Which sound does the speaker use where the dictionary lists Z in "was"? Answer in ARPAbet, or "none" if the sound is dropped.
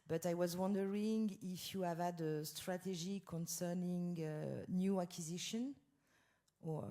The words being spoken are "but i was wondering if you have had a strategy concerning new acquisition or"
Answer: Z